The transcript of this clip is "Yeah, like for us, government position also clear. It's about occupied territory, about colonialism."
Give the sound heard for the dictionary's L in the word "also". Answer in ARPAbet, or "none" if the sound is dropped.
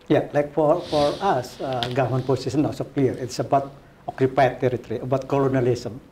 none